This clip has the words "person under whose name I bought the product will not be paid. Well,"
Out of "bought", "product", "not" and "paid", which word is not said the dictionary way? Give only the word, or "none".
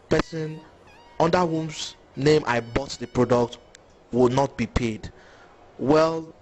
none